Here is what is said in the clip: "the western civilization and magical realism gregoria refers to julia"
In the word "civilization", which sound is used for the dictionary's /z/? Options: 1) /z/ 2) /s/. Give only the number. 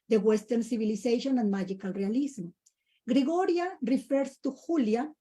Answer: 2